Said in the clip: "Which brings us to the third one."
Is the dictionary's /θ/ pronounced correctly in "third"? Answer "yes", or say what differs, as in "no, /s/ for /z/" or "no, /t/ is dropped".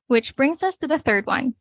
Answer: yes